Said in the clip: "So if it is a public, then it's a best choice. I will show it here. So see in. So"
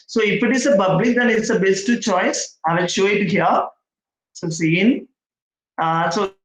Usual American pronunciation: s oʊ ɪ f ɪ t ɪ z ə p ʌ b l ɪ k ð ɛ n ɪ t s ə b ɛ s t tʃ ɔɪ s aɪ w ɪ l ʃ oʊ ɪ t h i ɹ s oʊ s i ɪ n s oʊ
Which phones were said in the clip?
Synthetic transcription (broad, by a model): s oʊ ɪ f ɪ t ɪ s ə p ʌ b l ɪ k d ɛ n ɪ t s ə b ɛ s t tʃ ɔɪ s aɪ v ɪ l ʃ oʊ ɪ t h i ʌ s oʊ s i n s oʊ